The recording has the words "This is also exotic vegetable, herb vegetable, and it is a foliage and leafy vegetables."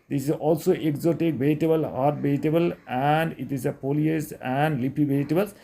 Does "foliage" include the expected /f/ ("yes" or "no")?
no